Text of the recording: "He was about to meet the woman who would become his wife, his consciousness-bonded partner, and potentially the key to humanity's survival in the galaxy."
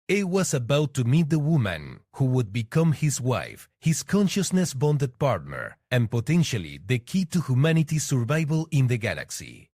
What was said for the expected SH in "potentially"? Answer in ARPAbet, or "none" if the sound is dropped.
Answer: SH